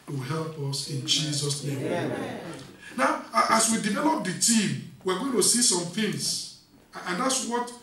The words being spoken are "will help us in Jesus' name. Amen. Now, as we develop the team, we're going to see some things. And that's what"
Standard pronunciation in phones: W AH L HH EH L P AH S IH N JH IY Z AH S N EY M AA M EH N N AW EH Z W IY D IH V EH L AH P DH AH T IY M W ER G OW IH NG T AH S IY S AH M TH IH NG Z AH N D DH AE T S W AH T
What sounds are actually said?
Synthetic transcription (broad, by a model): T HH EH L P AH S IH N JH IY Z AH S N EY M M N N AW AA S W IY D IH V EH L AH P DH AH T IY M W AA G OW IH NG T AH S IY S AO M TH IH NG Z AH N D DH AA T S W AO T